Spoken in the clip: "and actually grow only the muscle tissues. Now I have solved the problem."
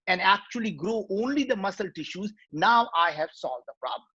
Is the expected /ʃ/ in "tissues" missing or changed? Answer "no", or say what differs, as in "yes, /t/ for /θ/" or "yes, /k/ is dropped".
no